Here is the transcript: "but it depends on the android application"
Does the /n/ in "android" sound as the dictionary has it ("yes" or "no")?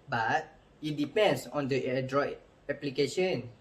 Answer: no